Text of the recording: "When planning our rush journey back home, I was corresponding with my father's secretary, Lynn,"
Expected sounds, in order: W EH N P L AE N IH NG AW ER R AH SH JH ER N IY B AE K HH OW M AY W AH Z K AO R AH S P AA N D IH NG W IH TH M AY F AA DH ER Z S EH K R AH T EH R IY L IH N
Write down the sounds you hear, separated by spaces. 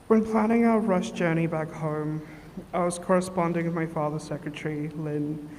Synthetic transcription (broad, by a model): W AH N P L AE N IH NG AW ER R AH SH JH ER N IY B AE K HH OW M AY W AH Z K AO R AH S P AA N D IH NG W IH M AY F AA DH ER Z S EH K R AH T EH R IY L IH N